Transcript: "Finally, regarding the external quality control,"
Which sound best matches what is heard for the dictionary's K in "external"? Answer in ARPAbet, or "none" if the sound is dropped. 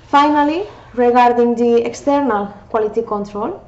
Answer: K